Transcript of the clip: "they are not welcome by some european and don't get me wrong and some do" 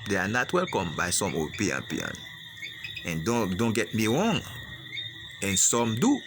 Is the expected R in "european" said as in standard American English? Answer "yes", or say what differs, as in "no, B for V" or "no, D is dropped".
no, R is dropped